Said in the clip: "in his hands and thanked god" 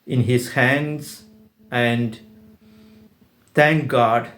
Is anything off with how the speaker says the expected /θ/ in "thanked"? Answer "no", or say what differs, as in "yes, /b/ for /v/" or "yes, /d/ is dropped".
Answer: yes, /t/ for /θ/